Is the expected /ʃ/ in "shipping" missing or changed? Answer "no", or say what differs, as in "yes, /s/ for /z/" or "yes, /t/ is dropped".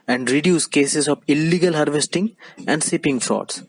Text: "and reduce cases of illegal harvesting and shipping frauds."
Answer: yes, /s/ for /ʃ/